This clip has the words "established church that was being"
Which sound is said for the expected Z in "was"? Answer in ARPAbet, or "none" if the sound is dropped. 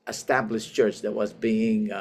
Z